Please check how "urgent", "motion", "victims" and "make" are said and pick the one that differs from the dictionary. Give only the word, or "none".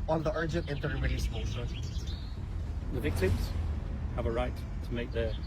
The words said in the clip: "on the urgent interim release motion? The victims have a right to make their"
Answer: motion